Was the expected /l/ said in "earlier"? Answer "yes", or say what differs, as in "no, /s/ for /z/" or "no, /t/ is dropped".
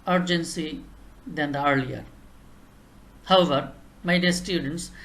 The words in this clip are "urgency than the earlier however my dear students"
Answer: yes